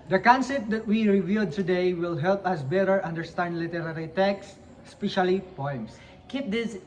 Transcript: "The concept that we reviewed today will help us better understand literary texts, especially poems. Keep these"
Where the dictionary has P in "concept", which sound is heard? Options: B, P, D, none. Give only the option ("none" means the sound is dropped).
none